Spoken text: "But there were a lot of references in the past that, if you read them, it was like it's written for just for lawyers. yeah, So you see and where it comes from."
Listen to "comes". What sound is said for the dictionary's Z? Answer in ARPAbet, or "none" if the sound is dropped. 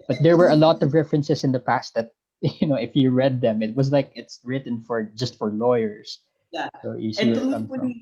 none